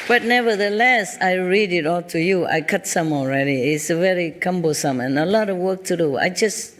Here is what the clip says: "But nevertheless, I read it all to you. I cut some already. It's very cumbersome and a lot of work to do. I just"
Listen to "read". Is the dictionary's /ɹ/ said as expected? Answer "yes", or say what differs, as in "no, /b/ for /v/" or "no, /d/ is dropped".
yes